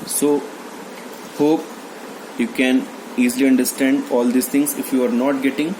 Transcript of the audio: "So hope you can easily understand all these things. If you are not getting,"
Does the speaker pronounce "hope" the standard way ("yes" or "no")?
yes